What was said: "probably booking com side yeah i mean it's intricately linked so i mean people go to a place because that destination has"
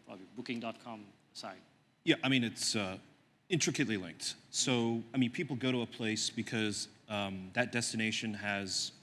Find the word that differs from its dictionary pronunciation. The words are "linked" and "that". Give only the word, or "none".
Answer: none